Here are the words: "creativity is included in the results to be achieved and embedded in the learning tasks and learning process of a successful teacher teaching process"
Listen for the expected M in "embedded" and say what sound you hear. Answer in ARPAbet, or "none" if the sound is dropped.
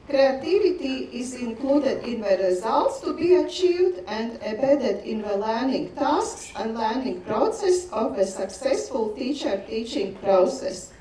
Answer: none